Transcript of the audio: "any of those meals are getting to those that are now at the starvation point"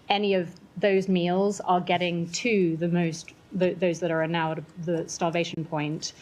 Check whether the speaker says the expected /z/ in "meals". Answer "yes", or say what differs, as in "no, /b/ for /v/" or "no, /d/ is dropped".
yes